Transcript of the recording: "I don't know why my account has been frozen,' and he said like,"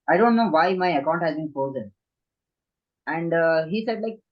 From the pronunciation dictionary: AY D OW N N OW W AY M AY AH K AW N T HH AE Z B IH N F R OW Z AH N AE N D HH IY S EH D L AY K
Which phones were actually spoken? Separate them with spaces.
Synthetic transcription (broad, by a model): AY D OW N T OW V AY M AY AH K AW N T HH AE Z B IH N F OW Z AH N AE N D HH IY S EH D L AY K